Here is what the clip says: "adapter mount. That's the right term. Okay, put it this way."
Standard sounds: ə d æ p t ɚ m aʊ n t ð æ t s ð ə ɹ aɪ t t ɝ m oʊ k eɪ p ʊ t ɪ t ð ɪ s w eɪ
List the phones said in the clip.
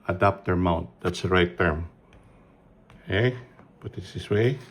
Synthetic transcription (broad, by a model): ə d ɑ p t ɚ m aʊ n t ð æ t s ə ɹ aɪ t t ɝ m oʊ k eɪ b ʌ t ɪ t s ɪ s w eɪ